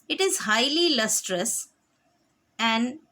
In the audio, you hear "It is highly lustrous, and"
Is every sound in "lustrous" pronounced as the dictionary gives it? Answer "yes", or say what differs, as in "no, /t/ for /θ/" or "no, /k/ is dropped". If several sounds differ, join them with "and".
yes